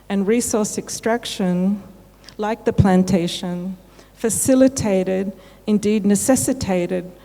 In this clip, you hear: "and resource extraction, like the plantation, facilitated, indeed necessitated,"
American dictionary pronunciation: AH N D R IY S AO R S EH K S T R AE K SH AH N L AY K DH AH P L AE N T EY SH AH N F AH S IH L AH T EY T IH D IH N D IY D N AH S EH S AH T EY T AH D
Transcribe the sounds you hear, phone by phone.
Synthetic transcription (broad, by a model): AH N R IY S AO R S EH K S T R AE K SH AH N L AY K DH AH P L AE N T EY SH AH N F AH S IH L AH T EY T IH D IH N D IY D N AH S EH S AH T EY T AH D